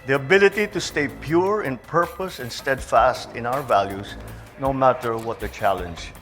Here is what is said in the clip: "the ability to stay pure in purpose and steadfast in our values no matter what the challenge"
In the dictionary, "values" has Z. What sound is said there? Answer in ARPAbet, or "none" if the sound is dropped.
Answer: S